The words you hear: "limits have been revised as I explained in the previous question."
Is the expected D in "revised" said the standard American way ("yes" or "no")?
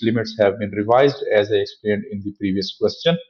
yes